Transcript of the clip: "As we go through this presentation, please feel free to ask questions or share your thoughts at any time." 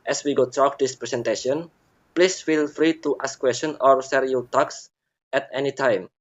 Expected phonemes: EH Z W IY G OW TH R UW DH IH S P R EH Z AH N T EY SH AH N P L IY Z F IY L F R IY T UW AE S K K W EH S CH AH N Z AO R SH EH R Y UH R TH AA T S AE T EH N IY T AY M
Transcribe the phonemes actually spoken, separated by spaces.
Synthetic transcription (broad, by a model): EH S W IY G OW T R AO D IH S P R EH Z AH N T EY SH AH N P L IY S F IY L F R IY T UW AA S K K W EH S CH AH N AO R S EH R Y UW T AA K S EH T EH N IY T AY M